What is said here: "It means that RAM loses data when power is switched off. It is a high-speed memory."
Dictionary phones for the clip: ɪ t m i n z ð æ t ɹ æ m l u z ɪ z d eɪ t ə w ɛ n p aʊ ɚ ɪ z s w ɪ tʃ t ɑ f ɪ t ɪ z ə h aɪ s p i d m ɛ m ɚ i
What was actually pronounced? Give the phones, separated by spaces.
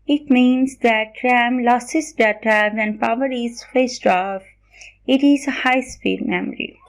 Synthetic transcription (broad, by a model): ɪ t m i n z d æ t ɹ æ m l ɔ s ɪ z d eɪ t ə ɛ n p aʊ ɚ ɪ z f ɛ s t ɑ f ɪ t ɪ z ə h aɪ s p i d m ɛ m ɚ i